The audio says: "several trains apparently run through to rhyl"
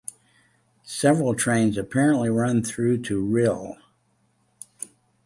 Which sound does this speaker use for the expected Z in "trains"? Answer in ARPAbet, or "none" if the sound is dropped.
Z